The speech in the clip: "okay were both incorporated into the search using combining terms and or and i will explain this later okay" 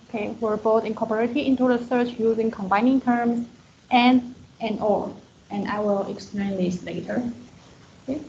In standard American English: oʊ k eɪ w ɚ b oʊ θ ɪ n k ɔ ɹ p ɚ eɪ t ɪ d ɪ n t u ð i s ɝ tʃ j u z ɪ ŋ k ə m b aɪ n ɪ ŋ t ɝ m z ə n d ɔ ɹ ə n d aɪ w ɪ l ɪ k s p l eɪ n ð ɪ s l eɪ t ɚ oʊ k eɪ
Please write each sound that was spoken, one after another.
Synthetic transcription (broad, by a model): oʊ k eɪ w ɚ b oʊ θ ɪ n k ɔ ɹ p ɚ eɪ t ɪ ɪ n t u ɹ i s ɝ tʃ j u z ɪ ŋ k ə m b aɪ n ɪ ŋ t ɝ m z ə n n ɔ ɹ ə n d aɪ w ɪ l ɪ k s p l eɪ n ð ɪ s l eɪ t ɚ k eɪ